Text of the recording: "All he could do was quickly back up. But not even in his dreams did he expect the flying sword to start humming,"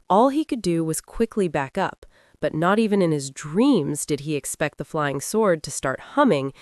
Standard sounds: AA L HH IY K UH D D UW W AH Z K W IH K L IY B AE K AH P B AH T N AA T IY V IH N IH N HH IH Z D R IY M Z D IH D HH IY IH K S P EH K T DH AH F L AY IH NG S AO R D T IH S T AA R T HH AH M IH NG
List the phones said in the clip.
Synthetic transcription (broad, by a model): AA L IY K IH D D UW W AH Z K W IH K L IY B AE K AH P B AH T N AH T IY V IH N IH N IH Z D R IY M Z D IH D IY IH K S P EH K T DH AH F L AY IH NG S AO R D T IH S T AA R T HH AH M IH NG